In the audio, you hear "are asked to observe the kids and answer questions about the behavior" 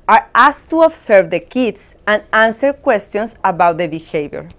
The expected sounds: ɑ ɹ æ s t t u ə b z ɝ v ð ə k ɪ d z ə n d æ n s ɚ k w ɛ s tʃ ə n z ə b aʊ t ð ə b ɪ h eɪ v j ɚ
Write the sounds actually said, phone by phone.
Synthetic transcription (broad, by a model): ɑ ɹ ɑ s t t u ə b s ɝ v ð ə k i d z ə n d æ n s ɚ k w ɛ s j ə n s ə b aʊ t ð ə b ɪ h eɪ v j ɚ